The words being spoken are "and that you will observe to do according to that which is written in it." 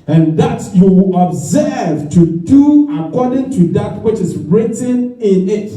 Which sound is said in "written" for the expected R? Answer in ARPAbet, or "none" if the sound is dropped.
R